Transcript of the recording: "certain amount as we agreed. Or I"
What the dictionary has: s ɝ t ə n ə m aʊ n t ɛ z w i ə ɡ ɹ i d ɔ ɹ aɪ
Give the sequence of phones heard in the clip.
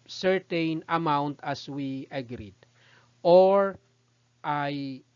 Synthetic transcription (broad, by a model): s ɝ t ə n ə m aʊ n t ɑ s w i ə ɡ ɹ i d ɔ ɹ aɪ